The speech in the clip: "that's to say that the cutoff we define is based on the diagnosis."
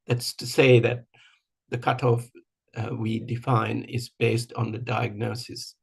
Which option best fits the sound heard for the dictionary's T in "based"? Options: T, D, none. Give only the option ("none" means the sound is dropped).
T